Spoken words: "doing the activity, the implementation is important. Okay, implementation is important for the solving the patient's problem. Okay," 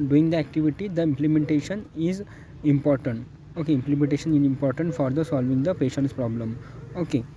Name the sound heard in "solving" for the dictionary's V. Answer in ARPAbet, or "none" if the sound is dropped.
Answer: V